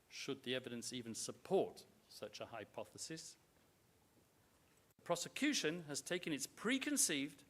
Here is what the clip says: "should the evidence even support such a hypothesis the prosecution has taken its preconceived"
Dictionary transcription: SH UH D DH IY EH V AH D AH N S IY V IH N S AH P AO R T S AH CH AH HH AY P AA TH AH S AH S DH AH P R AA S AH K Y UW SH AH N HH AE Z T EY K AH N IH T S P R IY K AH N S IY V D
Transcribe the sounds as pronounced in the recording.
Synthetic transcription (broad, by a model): SH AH D DH IY EH V AH D AH N S IY V IH N S AH P AO R T S AH CH AH HH AY P AA TH AH S AH S DH AH P R AA S AH K Y UW SH AH N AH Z T EY K AH N IH T S P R IY K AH N S IY V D